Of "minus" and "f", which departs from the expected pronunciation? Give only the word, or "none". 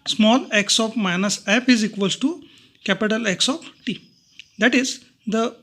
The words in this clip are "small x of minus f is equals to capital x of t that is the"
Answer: f